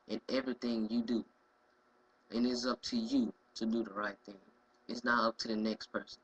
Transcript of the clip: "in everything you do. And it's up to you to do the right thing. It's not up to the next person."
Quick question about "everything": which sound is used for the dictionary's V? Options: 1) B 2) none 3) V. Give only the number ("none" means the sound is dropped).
3